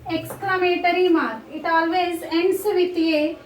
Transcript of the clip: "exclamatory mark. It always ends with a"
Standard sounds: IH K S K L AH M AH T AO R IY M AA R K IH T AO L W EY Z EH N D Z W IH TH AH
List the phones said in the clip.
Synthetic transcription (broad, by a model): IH K S K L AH M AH T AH R IY M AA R IH T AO L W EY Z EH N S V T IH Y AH